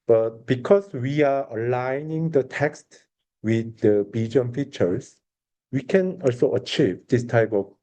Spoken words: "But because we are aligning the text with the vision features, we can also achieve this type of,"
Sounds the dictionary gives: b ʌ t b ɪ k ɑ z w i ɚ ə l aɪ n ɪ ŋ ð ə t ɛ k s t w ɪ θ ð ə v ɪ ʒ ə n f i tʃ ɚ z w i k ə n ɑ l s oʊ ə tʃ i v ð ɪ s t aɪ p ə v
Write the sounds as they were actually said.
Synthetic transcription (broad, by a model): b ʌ t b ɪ k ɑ s w i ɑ ə l aɪ n ɪ ŋ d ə t ɛ k s t w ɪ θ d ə b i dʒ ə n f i tʃ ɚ s w i k ə n ɑ l s oʊ ə tʃ i v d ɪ s t aɪ p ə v